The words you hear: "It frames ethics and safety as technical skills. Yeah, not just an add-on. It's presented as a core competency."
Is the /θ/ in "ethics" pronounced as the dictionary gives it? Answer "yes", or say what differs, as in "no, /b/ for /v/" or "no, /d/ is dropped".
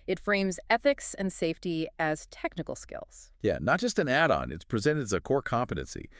yes